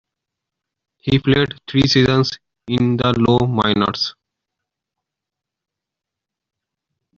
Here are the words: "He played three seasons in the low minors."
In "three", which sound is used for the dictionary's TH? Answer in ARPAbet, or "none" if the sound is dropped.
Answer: T